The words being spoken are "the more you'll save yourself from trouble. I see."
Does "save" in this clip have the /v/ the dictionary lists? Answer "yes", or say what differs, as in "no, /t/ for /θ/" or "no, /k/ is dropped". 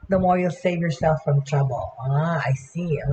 yes